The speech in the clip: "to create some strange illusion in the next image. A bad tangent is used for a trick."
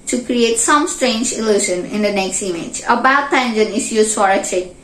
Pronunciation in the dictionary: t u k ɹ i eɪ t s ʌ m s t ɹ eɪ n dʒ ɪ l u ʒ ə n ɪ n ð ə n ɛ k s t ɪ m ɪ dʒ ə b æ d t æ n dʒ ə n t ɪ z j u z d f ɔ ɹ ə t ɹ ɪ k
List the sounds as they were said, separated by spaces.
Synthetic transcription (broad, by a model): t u k ɹ i eɪ t s ʌ m s t ɹ eɪ n dʒ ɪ l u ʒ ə n ɪ n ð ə n ɛ k s t ɪ m ɪ dʒ ə b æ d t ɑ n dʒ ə n ɪ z j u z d f ɔ ɹ ə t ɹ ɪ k